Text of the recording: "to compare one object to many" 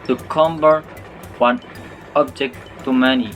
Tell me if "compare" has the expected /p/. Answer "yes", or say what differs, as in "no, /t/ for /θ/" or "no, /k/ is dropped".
no, /b/ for /p/